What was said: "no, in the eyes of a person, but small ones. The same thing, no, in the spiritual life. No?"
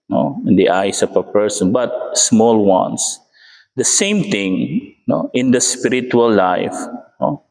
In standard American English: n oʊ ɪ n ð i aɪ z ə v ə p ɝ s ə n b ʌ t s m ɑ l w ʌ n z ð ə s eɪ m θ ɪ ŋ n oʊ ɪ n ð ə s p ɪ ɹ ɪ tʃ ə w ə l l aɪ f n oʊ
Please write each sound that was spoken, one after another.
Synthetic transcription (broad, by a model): n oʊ ɪ n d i aɪ s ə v ə p ɝ s ə n b ʌ t s m ɑ l w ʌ n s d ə s eɪ m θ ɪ ŋ n oʊ ɪ n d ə s p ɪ ɹ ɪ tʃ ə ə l l aɪ f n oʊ